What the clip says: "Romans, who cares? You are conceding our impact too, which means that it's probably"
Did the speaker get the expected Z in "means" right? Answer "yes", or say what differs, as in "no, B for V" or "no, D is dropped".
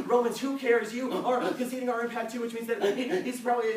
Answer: yes